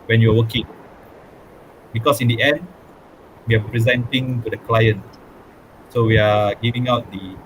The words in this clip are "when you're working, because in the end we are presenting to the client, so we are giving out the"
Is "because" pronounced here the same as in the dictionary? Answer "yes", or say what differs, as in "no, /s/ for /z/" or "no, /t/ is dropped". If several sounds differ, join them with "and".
no, /s/ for /z/